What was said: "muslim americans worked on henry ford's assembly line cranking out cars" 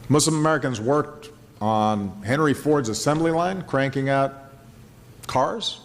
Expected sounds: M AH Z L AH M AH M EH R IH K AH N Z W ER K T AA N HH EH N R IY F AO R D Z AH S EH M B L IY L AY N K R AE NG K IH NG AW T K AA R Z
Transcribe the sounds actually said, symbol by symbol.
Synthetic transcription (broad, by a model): M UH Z L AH M AH M EH R IH K AH N Z W ER K T N HH EH N R IY F AO R D Z AH S EH M B L IY L AY N K R AE NG K IH NG AW T K AA R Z